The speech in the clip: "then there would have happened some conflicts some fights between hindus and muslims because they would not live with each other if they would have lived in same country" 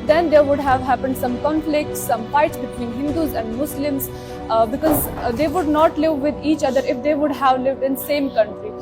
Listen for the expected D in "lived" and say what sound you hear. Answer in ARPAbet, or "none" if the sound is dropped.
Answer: D